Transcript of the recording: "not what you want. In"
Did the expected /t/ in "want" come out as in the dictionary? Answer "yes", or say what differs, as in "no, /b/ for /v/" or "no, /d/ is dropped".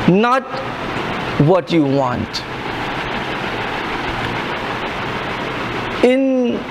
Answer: yes